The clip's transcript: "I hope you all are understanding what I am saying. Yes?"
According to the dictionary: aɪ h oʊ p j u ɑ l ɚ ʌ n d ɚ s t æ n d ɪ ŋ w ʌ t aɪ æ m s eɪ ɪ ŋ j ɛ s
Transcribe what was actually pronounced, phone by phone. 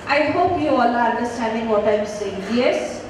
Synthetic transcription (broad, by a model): aɪ h oʊ p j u ɑ l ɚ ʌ n d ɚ s t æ n d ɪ ŋ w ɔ t aɪ m s eɪ ɪ ŋ j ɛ s